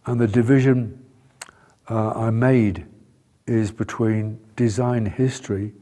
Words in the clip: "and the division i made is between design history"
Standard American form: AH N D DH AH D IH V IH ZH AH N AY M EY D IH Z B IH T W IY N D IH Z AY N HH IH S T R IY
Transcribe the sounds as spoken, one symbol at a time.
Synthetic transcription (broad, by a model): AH N DH AH D IH V IH ZH AH N AY M EY D IH Z B IH T W IY N D IH Z AY N HH IH S T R IY